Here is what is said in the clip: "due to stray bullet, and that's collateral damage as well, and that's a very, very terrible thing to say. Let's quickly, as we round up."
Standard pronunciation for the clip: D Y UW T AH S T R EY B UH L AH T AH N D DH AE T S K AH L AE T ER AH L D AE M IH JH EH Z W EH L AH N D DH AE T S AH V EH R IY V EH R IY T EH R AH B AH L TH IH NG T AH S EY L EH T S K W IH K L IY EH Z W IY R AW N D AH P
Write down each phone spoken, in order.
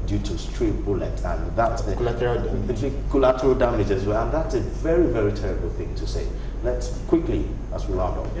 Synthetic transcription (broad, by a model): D Y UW T AH S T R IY B UH L AH T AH N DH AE T S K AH L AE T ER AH L D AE M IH JH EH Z W EH L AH N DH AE T S AH V EH R IY V EH R IY T EH R AH B AH L TH IH NG T AH S EY L EH T S K W IH K L IY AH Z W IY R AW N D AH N